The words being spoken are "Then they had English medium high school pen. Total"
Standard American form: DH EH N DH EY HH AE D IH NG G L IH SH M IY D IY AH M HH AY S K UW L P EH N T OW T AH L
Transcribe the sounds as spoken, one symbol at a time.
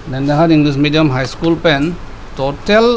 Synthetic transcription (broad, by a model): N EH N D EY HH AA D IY NG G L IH S M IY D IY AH M HH AY S K UW L P EH N T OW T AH L